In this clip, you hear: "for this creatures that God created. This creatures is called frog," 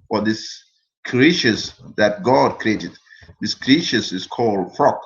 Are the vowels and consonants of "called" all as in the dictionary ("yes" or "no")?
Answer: yes